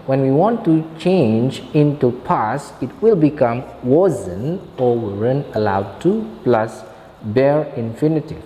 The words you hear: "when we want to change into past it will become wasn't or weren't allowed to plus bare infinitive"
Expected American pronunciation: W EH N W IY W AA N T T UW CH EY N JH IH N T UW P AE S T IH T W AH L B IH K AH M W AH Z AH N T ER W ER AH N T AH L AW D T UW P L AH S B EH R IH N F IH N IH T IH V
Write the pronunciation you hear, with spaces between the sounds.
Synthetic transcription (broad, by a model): W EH N W IY W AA N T T UW CH EY N JH IH N T UW P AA S IH T W AH L B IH K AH M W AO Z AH N AO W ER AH N AH L AW D T UW P L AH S B EH R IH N F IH N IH T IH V